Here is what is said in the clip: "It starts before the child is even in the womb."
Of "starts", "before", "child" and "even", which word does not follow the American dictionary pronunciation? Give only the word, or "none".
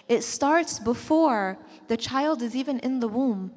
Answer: none